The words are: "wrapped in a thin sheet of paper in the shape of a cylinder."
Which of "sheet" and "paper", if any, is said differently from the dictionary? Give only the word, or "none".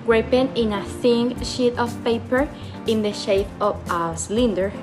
none